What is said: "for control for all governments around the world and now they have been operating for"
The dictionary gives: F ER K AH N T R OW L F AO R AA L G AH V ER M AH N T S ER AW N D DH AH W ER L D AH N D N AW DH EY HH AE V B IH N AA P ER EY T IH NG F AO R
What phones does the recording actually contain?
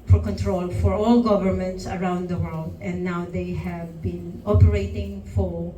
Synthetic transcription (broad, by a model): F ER K AH N T R OW L F AO R AA L G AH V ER M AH N T S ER AW N D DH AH W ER L D AH N D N AW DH EY HH AE V B IH N AA P ER EY T IH NG F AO R